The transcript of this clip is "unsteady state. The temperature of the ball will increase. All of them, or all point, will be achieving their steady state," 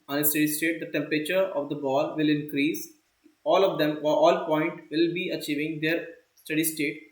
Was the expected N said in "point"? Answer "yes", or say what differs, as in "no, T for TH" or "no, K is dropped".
yes